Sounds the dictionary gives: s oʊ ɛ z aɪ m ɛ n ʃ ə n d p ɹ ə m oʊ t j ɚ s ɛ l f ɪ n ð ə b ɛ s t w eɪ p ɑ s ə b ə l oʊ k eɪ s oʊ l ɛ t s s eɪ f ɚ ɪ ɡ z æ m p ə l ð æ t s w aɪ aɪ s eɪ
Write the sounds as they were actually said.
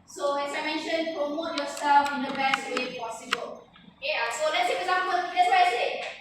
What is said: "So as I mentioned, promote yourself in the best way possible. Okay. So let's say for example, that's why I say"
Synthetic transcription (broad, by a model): s oʊ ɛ s aɪ m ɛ n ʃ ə n p ɹ ə m oʊ t j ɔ s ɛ l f ɪ n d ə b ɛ s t w eɪ p ɑ s ə b ə l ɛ ɑ s oʊ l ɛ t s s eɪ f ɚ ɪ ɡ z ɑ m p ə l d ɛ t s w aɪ aɪ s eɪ